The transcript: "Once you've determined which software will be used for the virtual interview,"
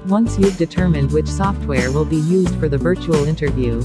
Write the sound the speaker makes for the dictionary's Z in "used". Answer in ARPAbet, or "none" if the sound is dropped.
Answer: Z